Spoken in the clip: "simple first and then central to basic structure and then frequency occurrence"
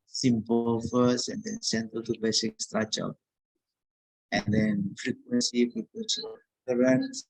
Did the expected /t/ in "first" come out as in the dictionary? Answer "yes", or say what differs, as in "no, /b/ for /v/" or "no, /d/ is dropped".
no, /t/ is dropped